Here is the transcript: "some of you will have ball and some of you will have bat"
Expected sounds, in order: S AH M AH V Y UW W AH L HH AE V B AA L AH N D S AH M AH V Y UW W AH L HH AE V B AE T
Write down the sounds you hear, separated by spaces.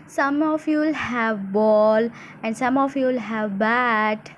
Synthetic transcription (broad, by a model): S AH M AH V Y UW L HH AE V B AA L AH N D S AH M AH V Y UW L HH AE V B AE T